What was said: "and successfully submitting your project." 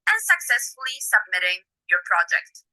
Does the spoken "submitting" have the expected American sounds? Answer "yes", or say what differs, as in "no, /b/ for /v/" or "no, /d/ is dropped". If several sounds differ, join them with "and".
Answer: yes